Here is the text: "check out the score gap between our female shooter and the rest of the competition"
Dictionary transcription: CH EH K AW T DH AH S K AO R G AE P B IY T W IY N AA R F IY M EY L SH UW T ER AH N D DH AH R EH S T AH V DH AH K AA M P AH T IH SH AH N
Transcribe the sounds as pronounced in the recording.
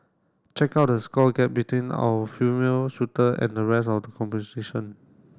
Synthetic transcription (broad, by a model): CH EH K AW T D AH S K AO G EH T B IY T W IY N AA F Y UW M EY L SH UW T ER AH N D AH R EH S AH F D AH K AA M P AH S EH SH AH N